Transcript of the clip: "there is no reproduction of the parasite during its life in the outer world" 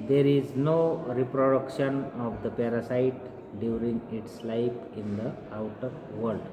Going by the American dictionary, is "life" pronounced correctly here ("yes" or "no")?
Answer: no